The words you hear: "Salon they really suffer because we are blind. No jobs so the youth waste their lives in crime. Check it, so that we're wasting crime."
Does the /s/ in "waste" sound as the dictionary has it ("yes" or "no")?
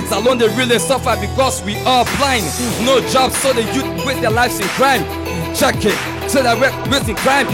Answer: no